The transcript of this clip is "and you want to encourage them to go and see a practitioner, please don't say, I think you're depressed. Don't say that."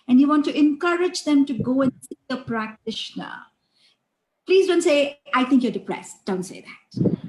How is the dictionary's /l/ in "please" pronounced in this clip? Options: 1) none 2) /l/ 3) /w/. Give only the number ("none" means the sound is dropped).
2